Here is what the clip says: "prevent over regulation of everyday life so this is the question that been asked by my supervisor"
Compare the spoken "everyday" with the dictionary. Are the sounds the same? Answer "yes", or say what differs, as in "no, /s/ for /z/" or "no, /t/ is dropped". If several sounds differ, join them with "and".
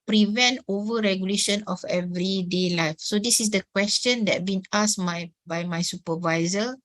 yes